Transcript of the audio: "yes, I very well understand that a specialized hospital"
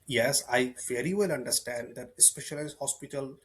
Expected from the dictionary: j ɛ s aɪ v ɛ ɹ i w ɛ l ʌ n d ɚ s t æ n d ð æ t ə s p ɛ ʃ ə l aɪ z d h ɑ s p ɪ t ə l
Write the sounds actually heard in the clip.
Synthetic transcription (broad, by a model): j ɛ s aɪ f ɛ ɹ i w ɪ l ʌ n d ɚ s t æ n d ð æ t ə s p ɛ ʃ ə l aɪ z h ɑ s p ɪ t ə l